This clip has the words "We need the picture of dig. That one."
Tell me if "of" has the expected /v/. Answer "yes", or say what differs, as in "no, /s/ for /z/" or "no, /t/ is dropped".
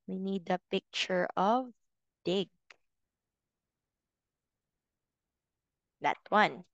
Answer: yes